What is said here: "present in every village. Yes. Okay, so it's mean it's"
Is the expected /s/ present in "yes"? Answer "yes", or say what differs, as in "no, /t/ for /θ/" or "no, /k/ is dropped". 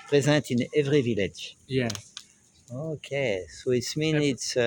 no, /s/ is dropped